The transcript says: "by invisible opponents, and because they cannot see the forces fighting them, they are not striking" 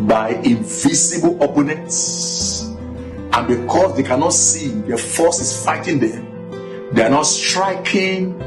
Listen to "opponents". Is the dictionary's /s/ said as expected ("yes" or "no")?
yes